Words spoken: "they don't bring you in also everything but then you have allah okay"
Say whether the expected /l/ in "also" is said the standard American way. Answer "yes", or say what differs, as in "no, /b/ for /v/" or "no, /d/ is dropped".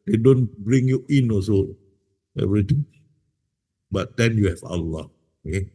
no, /l/ is dropped